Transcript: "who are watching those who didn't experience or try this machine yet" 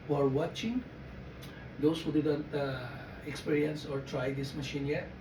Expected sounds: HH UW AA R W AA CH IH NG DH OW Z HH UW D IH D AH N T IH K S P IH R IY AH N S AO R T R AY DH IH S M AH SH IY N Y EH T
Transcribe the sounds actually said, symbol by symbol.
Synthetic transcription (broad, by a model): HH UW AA R W AA CH IH NG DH OW S HH UW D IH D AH N T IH K S P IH R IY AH N S AO R T R AY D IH S M AH SH IY N Y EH T